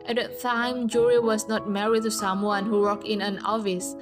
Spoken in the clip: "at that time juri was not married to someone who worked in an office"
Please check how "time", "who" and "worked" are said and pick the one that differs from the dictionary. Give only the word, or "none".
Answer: worked